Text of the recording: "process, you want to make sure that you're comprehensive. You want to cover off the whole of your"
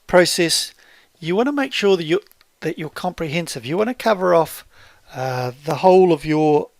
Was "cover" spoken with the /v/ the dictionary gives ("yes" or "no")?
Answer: yes